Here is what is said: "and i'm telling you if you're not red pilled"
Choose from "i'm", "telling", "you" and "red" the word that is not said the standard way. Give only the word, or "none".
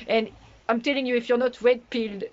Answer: red